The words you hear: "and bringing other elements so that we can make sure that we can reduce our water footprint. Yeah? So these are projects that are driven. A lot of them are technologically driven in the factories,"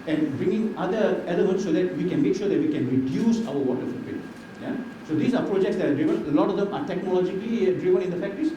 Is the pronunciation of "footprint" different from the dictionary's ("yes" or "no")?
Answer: yes